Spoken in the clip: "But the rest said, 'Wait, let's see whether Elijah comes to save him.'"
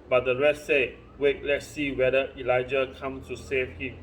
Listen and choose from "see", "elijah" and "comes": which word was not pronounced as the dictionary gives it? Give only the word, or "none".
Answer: comes